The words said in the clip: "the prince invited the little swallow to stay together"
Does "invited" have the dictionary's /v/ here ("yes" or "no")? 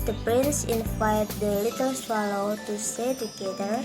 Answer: no